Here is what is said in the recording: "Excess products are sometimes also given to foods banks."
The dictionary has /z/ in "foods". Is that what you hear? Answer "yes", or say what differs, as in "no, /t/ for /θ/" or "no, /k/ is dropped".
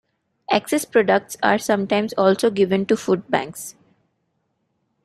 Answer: no, /z/ is dropped